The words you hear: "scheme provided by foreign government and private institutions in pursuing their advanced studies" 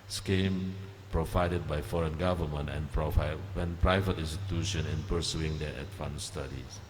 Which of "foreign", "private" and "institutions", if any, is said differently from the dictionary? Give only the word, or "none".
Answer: institutions